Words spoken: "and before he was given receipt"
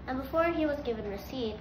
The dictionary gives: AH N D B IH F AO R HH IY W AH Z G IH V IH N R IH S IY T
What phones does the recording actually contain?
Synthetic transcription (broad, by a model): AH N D B IH F AO R HH IY W AH Z G IH V IH N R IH S IY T